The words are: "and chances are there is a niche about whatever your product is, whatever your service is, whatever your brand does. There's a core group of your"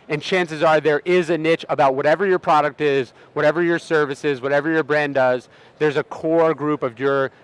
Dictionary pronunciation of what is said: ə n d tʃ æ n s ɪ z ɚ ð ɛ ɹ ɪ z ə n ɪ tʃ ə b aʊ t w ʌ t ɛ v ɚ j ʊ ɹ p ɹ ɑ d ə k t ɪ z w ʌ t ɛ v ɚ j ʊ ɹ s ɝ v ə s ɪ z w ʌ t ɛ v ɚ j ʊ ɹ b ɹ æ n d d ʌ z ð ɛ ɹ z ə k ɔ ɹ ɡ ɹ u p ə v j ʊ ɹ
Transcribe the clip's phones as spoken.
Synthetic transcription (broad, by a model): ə n tʃ æ n s ɪ z ɚ ð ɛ ɹ ɪ z ə n ɪ tʃ ə b aʊ t w ʌ t ɛ v ɚ j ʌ ɹ p ɹ ɑ d ə k t ɪ z w ʌ t ɛ v ɚ j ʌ ɹ s ɝ v ə s ɪ z w ʌ t ɛ v ɚ j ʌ ɹ b ɹ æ n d d ʌ z ð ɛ ɹ z ə k ɔ ɹ ɡ ɹ u p ə v j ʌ ɹ